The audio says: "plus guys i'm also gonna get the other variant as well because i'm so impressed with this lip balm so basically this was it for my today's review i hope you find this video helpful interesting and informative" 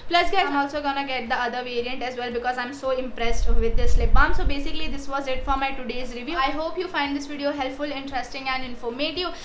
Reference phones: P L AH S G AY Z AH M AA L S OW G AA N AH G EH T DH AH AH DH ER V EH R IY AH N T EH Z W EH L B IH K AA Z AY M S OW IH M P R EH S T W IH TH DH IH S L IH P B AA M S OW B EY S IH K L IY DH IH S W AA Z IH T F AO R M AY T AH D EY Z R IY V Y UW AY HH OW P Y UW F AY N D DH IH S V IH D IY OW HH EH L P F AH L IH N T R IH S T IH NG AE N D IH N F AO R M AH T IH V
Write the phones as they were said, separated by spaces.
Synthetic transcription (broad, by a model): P L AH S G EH AH M AA L S OW G AA N AH G EH T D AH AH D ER V EH R IY AH N T EH Z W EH L B IH K AA Z AY M S OW IH M P R EH S T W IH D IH S L IH P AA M S OW B EY S IH K L IY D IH S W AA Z IH T F AO R M AY T AH D EY Z R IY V Y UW AY HH OW P Y UW F AY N D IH S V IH D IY OW HH EH L P F AH L IH N T R IH S T IH NG AE N D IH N F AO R M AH T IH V